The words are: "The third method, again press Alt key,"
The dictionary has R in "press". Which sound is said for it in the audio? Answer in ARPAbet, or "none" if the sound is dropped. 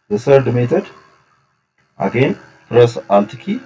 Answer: R